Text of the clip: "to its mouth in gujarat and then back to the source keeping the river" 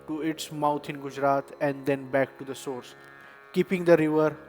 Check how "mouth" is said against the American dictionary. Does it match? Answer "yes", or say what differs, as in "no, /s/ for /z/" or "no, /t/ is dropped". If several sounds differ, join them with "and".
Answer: no, /t/ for /θ/